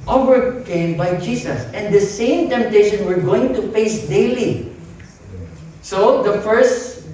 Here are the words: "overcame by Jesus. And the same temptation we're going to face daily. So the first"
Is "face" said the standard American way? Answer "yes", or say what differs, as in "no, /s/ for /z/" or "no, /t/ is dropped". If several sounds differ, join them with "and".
no, /p/ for /f/